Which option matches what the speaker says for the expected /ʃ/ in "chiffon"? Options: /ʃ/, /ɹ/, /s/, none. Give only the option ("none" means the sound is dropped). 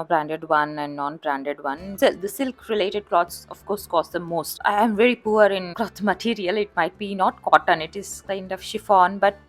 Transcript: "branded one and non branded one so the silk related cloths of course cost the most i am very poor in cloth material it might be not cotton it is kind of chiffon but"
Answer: /ʃ/